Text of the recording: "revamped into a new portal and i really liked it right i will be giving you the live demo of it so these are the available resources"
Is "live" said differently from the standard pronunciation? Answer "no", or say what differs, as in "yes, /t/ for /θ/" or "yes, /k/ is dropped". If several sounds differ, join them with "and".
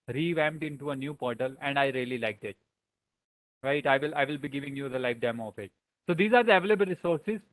yes, /f/ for /v/